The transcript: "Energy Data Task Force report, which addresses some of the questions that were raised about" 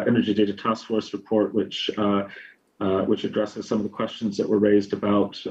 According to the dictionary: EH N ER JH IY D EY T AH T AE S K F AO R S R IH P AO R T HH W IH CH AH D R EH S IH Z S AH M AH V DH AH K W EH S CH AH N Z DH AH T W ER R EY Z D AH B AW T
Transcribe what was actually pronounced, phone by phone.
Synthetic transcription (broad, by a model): EH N ER JH IY D EY T AH T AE S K F AO R S R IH P AO R T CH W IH CH AH D R EH S IH Z S AH M AH V DH AH K W EH S CH AH N Z DH AH T W ER R EY Z D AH B AW T